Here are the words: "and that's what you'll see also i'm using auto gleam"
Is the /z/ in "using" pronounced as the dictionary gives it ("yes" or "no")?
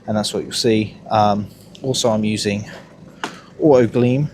yes